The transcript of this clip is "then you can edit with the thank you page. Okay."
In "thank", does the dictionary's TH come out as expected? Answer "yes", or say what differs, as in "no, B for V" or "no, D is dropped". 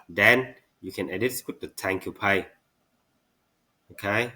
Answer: no, T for TH